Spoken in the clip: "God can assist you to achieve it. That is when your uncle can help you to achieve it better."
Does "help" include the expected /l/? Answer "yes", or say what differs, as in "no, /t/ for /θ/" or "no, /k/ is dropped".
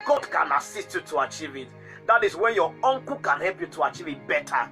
yes